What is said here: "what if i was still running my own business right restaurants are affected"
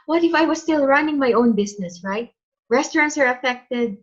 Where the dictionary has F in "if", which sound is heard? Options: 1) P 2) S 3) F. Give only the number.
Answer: 3